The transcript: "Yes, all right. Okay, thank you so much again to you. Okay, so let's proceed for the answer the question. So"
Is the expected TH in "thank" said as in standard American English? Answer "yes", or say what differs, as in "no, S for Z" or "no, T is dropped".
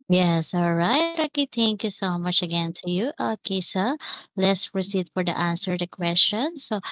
no, T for TH